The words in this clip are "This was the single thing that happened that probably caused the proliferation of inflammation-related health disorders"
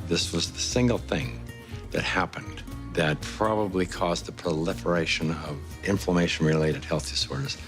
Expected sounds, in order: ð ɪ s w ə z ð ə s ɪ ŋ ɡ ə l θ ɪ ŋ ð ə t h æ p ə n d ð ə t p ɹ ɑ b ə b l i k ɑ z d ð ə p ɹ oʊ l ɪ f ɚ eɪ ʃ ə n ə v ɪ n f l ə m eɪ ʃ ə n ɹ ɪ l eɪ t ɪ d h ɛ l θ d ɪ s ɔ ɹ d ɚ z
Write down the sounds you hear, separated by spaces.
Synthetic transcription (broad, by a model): ð ɪ s w ə z ð ə s ɪ ŋ ɡ l θ ɪ ŋ ð ə t h æ p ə n ð ə t p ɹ ɑ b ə b l i k ɑ z ð ə p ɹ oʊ l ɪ f ɚ eɪ ʃ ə n ə v ɪ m f l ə m eɪ ʃ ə n ɹ ɪ l eɪ t ɪ d h ɛ l θ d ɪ s ɔ ɹ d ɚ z